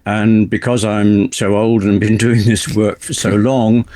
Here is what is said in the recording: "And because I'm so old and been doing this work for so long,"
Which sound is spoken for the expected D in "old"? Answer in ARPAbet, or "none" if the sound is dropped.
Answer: D